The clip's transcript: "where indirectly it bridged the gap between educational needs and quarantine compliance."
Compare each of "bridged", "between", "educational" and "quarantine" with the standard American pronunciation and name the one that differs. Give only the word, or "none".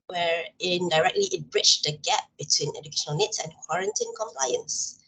bridged